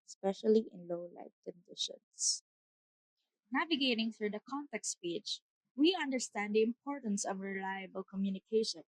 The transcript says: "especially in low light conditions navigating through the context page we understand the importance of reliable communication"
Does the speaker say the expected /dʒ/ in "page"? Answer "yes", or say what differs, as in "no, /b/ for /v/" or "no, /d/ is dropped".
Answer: no, /tʃ/ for /dʒ/